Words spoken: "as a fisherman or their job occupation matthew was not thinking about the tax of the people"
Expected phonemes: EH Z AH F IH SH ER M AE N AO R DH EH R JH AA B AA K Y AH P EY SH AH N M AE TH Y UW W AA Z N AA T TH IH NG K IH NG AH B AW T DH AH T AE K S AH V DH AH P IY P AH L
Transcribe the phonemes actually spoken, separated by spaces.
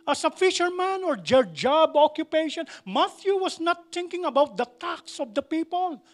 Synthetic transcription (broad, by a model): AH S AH F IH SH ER M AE N AO R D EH R JH AA B AA K Y AH P EY SH AH N M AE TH Y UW W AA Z N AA T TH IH NG K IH NG AH B AW T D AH T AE K S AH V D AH P IY P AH L